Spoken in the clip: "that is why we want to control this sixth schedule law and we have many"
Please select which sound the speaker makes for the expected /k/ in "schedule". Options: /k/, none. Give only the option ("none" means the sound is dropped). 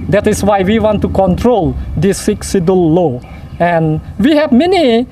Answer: none